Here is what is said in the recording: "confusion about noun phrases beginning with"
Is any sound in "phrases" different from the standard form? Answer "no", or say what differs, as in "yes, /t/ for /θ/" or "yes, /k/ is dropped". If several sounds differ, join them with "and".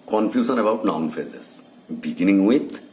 yes, /ɹ/ is dropped and /s/ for /z/